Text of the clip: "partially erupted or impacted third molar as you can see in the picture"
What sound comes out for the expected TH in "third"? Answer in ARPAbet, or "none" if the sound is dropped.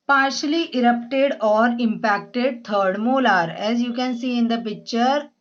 T